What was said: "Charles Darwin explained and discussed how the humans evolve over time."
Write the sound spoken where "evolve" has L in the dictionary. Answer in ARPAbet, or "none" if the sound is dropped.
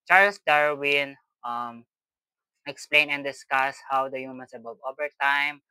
none